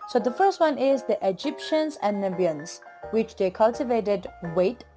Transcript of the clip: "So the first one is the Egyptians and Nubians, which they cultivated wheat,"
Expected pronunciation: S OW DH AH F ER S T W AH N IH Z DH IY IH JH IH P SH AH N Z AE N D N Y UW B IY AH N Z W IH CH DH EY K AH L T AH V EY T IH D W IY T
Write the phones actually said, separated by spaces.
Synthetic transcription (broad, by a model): S OW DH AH F ER S T W AH N IH Z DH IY IH JH IH P SH AH N Z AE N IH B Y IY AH N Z W IH CH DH EY K AH L T AH V EY T IH D W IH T